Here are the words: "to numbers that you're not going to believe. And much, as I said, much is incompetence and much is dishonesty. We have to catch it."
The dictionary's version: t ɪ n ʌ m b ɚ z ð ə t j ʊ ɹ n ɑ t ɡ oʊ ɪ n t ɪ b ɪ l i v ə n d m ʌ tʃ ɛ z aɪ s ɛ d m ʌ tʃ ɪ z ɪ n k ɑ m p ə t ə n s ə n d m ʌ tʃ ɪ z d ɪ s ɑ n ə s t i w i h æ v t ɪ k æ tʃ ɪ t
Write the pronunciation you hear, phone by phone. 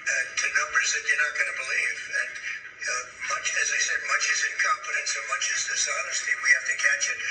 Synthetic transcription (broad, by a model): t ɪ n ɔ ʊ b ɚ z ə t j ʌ ɹ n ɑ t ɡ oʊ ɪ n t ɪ b ɪ l i v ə n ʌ m ʌ tʃ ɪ z aɪ s ɛ d m ʌ tʃ ɪ z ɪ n k ɑ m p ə t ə n s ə m ʌ tʃ ɪ z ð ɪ s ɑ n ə s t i w i h æ f t ɪ k æ tʃ ɪ t